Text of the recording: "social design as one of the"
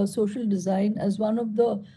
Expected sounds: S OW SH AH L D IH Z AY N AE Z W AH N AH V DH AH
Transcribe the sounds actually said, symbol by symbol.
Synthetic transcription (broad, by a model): S OW SH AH L D IH Z AY N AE Z W AH N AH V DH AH